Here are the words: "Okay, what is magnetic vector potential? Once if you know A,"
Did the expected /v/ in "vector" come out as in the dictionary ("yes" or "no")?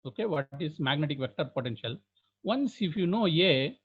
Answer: yes